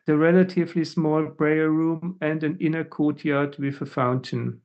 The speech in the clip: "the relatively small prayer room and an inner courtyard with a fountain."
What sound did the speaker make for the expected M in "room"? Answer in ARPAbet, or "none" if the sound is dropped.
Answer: M